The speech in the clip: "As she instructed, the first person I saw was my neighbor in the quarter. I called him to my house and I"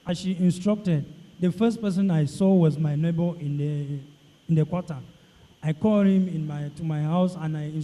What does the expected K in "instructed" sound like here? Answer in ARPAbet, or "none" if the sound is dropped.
K